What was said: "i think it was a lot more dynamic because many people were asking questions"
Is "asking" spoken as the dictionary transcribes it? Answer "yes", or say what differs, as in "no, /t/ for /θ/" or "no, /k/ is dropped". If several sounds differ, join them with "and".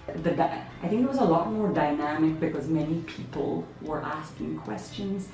yes